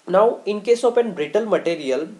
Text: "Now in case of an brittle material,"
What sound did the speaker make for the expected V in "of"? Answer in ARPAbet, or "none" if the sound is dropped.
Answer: P